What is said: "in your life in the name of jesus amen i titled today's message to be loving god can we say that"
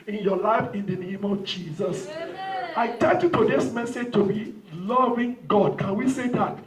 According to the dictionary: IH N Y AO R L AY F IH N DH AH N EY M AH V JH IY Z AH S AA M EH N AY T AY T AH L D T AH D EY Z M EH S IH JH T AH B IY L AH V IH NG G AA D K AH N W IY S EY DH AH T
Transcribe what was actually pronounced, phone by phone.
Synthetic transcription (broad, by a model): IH N Y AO L AY F IH N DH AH N EY M AH V JH IY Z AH S AA IH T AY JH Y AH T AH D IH S M EH S IH JH T AH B IY L AH V IH NG G AA D K AH N W IY S EY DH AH T